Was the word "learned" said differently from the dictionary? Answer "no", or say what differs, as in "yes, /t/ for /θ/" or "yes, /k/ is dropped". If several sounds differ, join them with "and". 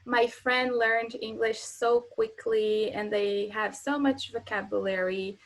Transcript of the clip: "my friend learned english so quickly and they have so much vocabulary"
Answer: no